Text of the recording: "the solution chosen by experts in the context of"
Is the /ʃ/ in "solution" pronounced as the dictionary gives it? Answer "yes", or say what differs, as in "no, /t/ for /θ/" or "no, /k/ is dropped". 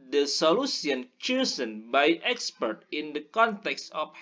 no, /s/ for /ʃ/